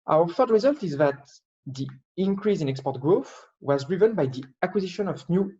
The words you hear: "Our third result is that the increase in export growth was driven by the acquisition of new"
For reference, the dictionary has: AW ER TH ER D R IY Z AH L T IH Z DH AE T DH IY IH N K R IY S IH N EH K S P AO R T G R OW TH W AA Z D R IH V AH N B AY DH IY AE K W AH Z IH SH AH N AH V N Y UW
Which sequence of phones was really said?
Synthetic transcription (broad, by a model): AW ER F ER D R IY Z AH L T IH Z DH AE T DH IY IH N K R IY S IH N EH K S P AO R T G R OW TH W AA Z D R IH V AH N B AY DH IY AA K W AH Z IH SH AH N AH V N Y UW